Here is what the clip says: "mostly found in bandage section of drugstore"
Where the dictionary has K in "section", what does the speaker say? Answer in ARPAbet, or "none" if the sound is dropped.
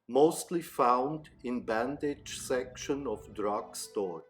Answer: K